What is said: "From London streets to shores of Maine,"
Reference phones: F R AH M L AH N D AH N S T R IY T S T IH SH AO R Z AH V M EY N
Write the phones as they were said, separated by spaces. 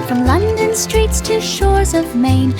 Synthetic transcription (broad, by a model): F R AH M L AH N D AH N S T R IY T S T IH SH AO R Z AH V M EY N